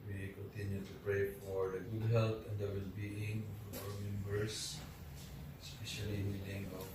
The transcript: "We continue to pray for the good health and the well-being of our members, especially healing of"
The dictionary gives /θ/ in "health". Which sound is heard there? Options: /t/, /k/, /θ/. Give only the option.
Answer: /t/